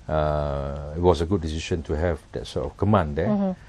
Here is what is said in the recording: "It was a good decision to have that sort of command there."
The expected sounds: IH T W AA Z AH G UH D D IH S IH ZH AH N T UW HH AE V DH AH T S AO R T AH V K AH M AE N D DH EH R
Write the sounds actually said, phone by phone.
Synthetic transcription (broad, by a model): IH T W AA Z AH G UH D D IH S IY SH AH N T UW HH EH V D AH T S AO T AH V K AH M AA N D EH